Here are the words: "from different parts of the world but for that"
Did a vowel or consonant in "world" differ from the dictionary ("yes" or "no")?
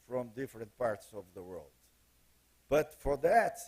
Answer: no